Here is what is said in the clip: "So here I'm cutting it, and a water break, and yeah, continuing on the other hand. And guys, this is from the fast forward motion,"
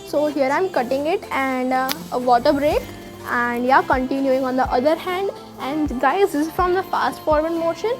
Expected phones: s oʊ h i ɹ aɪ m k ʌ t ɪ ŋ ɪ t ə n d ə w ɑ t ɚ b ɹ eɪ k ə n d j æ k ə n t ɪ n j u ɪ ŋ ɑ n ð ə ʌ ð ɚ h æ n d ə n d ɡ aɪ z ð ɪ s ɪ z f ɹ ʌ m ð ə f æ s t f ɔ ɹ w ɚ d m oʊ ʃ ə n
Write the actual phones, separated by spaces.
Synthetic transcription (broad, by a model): s oʊ h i ɹ aɪ m k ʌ t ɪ ŋ ɪ t ə n d ə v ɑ t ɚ b ɹ eɪ k ə n d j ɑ k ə n t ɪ n j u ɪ ŋ ɑ n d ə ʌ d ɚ h æ n d ə n d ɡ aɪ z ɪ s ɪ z f ɹ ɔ m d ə f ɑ s t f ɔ ɹ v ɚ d m oʊ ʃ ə n